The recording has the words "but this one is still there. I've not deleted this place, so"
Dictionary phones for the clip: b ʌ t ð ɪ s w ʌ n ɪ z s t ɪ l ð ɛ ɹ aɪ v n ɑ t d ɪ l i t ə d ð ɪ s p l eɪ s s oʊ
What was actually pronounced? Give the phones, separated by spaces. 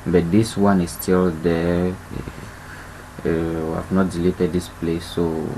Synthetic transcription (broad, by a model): b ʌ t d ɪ s w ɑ n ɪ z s t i l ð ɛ w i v n ɑ t d ɪ l i t ə d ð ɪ s p l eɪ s s oʊ